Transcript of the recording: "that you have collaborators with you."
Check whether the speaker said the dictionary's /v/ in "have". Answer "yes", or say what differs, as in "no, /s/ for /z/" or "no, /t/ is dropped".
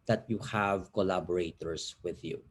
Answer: yes